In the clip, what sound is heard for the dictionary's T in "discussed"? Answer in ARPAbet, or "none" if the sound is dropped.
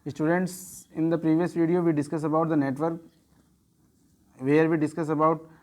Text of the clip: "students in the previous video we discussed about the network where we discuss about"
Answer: none